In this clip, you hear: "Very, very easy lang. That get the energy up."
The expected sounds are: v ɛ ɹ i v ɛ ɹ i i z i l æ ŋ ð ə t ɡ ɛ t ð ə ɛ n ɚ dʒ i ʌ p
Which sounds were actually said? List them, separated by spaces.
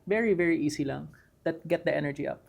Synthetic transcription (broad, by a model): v ɛ ɹ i v ɛ ɹ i i s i l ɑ ŋ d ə t ɡ ɛ t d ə ɛ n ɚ dʒ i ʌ p